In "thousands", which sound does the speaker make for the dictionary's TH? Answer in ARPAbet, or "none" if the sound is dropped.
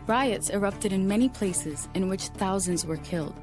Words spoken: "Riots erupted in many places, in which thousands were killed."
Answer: TH